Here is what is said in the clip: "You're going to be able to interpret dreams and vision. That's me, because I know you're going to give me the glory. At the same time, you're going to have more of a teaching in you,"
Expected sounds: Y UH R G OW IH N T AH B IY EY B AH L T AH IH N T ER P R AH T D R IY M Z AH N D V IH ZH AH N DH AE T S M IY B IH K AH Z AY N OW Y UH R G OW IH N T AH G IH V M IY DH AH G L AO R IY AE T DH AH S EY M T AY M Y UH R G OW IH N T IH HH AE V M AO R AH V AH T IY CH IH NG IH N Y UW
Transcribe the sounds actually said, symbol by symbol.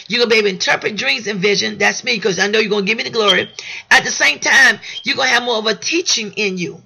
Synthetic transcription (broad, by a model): Y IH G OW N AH B IY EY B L IH N T ER P R AH T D R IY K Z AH N V IH ZH AH N DH AE T S M IY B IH K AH Z AY N OW Y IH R G OW IH N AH G IH V M IY DH AH G L AO R IY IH T DH AH S EY M T AY M Y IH G OW IH N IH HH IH V M AO R AH V AH T IY CH IH NG IH N Y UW